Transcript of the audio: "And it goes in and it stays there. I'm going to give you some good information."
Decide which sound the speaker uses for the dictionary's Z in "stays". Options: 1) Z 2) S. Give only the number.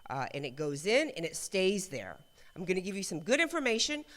1